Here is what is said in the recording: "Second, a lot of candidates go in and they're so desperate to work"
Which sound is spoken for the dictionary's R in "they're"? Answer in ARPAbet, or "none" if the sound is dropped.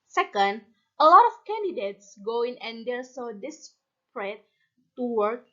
L